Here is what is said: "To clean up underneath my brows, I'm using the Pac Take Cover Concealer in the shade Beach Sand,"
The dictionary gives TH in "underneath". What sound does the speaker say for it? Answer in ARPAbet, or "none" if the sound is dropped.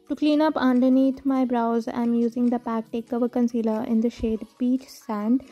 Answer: T